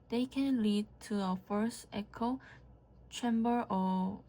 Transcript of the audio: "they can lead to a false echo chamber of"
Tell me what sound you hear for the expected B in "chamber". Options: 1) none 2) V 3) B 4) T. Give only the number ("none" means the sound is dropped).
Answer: 3